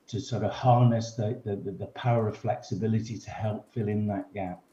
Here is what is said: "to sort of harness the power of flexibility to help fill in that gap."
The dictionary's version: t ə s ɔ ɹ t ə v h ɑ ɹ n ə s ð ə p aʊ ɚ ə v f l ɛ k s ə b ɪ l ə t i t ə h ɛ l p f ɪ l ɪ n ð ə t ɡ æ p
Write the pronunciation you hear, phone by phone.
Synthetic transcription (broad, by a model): t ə s ɔ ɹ t ə v h ɑ ɹ n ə s ð ə p aʊ ɚ ə v f l ɛ k s ə b ɪ l ə t i t ə h ɛ l p f ɪ l ɪ n ð ə t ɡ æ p